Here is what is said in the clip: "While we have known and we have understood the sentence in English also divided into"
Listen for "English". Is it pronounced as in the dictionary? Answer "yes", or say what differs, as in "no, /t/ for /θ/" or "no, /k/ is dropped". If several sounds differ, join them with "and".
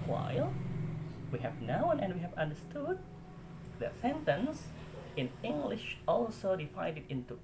yes